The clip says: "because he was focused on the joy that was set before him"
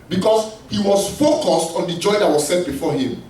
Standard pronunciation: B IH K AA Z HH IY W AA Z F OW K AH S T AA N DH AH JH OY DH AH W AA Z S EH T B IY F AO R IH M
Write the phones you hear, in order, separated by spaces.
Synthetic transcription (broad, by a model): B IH K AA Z HH IY W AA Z F OW K AH S T AA N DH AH JH OY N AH W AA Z S EH T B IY F AO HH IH M